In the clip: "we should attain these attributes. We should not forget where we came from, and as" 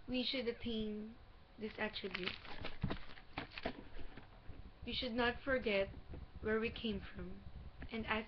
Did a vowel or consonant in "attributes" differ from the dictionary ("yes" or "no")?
yes